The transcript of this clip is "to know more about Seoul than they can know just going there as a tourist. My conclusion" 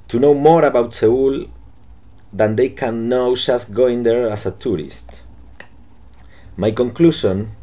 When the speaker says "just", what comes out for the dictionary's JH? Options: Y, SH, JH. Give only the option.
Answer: SH